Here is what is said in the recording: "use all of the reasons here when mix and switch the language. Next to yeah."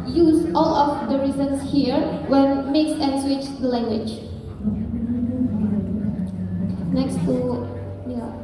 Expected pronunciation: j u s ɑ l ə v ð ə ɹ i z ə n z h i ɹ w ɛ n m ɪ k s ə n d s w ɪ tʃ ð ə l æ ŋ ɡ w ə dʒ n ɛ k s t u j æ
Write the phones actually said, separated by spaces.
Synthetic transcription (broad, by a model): j u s ɑ l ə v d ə ɹ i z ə n s h i ɹ w ɛ n m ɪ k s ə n s w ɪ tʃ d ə l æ ŋ ɡ w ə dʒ n ɛ k s t u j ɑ